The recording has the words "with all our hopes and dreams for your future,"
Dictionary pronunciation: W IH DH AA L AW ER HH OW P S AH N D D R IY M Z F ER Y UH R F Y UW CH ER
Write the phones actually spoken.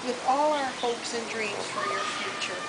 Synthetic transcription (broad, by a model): W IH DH AA L AW ER HH OW P S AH N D D R IY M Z F ER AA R F Y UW CH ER